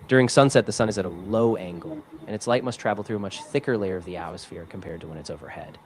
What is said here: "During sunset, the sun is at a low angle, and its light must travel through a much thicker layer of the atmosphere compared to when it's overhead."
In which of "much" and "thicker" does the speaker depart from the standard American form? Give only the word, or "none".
none